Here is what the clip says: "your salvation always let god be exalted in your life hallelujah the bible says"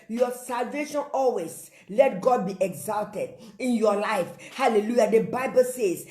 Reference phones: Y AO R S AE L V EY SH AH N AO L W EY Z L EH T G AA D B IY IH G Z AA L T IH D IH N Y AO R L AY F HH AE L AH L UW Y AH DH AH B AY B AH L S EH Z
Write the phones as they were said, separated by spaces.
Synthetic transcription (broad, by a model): Y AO S AE L V EY SH AH N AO L W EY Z L EH T G AA D B IY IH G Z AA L T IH D IH N Y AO L AY F HH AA L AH L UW Y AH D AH B AY B AH L S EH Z